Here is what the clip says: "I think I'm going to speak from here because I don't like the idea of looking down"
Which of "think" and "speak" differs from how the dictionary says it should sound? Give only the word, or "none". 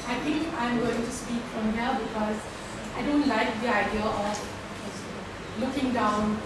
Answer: think